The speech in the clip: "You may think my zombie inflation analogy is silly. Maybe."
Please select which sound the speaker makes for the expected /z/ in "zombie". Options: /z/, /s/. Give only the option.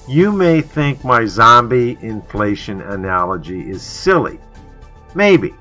/z/